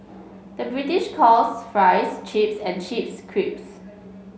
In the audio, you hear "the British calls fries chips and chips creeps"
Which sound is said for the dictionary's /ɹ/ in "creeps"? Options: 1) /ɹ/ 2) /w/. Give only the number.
1